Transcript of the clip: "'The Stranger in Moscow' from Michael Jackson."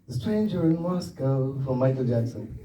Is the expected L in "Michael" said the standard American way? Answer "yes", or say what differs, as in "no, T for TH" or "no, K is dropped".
yes